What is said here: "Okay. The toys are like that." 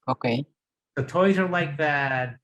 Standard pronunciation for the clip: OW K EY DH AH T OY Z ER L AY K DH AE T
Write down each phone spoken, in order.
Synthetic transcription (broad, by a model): OW K EY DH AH T OY Z ER L AY K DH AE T